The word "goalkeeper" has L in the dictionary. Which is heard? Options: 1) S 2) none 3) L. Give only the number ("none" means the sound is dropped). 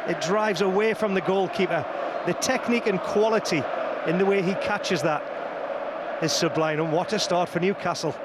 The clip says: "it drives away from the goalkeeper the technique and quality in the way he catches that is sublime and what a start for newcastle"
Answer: 3